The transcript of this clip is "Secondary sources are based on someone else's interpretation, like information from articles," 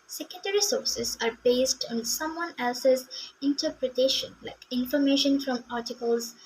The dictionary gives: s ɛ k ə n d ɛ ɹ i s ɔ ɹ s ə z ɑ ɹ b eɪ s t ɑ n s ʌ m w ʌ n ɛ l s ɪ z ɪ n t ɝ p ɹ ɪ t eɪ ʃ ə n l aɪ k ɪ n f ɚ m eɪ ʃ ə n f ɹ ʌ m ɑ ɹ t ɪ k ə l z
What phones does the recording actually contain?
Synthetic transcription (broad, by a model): s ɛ k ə n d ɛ ɹ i s ɔ ɹ s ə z ɑ ɹ b eɪ s t ɑ n s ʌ m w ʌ n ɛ l s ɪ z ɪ n t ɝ p ɹ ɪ t eɪ ʃ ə n l aɪ k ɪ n f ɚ m eɪ ʃ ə n f ɹ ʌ m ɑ ɹ t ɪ k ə l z